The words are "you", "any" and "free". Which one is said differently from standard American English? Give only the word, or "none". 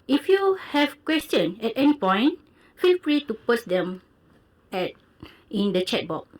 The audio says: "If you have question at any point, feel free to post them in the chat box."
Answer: free